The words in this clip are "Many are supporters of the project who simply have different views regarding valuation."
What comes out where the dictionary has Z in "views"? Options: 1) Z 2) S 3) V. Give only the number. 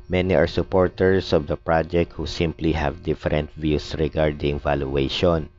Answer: 2